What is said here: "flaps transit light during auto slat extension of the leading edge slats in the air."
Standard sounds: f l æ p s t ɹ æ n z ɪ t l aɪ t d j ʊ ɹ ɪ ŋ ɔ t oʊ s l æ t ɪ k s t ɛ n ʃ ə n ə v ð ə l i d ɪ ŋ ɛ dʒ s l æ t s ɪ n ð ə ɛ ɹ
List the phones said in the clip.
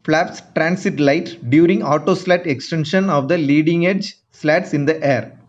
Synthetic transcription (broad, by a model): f l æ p s t ɹ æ n s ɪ t l aɪ t d j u ɹ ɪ ŋ ɔ t oʊ s l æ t ɪ k s t ɛ n ʃ ə n ə v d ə l i d ɪ ŋ ɛ dʒ s l æ t s ɪ n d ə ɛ ɹ